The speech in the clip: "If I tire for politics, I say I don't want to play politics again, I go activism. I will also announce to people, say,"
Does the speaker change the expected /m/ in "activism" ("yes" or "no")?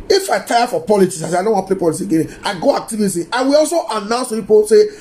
yes